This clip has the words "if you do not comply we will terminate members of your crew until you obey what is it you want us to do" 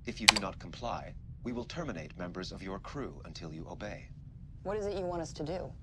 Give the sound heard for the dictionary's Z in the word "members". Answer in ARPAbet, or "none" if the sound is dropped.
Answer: Z